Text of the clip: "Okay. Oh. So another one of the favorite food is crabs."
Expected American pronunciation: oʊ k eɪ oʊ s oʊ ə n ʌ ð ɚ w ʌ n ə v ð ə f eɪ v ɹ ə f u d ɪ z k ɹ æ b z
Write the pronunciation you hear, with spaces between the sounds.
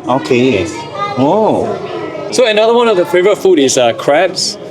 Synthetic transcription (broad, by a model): oʊ k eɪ oʊ s oʊ ə n ʌ ð ɚ w ʌ n ə v ð ə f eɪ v ə f u d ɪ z k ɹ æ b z